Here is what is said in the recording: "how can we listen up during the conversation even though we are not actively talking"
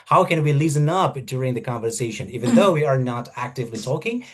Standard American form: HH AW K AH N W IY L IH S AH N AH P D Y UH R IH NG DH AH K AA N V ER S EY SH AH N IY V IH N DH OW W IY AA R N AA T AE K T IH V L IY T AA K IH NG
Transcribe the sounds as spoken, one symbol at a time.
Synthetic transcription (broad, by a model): HH AW K AH N W IY L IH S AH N AH P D Y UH R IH NG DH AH K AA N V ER S EY SH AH N IY V IH N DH OW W IY AA R N AA T AE K T IH V L IY T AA K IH NG